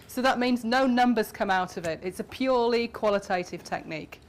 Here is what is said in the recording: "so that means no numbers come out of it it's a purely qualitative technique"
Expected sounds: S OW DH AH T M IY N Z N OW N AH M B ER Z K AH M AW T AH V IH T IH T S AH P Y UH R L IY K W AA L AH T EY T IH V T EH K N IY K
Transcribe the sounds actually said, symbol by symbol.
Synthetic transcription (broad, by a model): S OW DH AH T M IY N Z N OW N AH M B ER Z K AH M AW T AH V IH T IH T S AH P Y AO L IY K W AA L AH T EY T IH V T EH K N IY K